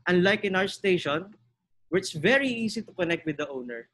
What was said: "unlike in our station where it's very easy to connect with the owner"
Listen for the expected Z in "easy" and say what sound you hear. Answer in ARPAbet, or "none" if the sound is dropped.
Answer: S